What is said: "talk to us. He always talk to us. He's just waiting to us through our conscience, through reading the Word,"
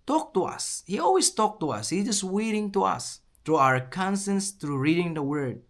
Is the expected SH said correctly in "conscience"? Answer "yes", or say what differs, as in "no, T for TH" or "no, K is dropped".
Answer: no, S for SH